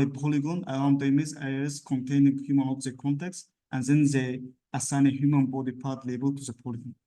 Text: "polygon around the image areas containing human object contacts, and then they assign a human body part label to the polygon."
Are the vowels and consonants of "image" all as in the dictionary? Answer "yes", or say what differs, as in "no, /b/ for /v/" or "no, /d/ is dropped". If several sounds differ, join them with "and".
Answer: no, /z/ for /dʒ/